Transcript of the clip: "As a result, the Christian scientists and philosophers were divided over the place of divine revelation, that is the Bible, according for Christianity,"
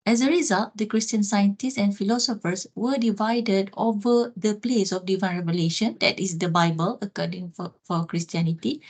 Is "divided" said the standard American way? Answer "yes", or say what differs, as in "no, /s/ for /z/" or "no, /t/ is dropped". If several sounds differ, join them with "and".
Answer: yes